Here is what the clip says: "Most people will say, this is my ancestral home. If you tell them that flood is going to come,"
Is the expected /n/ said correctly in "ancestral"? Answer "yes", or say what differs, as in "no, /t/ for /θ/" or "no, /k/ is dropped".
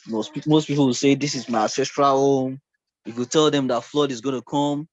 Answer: no, /n/ is dropped